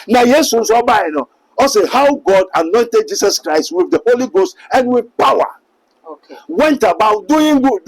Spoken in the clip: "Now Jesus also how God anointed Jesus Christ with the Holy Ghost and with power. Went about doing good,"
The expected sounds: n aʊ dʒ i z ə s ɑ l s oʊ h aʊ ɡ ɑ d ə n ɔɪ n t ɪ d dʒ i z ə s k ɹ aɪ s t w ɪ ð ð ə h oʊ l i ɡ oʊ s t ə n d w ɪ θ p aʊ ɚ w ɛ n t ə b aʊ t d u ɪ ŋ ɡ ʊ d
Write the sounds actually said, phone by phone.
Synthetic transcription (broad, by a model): n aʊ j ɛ s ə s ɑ n s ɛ h aʊ ɡ ɑ d ə n ɔɪ n t ɪ d dʒ i s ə s k ɹ aɪ s t w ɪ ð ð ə h oʊ l i ɡ oʊ s t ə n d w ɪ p aʊ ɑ w ɛ n t ə b aʊ t d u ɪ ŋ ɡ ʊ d